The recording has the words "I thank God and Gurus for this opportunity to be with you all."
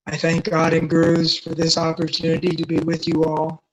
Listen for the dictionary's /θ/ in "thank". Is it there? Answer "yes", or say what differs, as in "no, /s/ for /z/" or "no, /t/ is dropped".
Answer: yes